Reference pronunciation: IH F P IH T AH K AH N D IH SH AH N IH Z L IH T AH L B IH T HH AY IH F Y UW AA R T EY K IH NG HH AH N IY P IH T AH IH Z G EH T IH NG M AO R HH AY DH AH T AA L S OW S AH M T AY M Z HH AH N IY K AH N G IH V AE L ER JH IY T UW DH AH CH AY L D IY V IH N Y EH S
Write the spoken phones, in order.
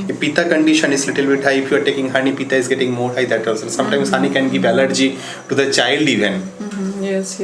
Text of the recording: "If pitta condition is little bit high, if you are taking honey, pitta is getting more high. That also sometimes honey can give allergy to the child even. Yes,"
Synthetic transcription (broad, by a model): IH P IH T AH K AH N D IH SH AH N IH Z L IH T AH L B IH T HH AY IH F Y UW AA R T EY K IH NG HH AH N IY P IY T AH IH Z G EH T IH NG M AO R HH AY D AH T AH S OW S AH M T AY M S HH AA N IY K AH N G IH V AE L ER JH IY T UW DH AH CH AY L D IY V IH N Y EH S